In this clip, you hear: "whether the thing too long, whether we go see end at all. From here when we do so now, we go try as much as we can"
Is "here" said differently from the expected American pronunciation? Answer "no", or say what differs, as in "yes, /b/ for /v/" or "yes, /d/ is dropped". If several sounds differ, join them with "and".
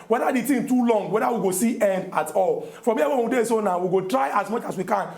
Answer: yes, /w/ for /ɹ/